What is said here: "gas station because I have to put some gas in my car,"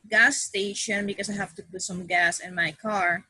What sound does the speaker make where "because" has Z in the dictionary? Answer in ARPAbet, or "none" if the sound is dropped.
S